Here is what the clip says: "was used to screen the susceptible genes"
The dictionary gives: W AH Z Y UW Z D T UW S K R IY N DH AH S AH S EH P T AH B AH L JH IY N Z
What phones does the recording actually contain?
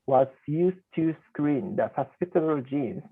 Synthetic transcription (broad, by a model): W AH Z Y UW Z T UW S K R IY N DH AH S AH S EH T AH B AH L JH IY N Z